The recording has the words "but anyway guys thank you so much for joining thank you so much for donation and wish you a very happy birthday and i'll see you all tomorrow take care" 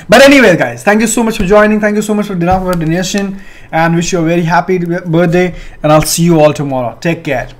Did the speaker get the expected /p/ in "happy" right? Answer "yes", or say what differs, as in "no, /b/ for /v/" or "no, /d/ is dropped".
yes